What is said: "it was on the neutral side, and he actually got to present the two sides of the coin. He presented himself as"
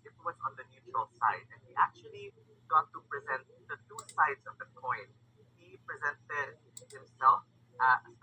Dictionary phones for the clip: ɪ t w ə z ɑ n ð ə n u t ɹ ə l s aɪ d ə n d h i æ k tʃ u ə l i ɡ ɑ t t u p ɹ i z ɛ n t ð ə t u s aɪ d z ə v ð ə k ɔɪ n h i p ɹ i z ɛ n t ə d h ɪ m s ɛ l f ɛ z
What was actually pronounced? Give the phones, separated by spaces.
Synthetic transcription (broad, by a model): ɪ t w ə z ɑ n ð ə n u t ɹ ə l s aɪ d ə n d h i æ k tʃ u ə l i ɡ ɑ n t u p ɹ i z ɛ n t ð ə t u s aɪ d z ə v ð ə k ɔɪ n h i p ɹ i z ɛ n t ə d h ɪ m s ɛ l f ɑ